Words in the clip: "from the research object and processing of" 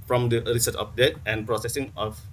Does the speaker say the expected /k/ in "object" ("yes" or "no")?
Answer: no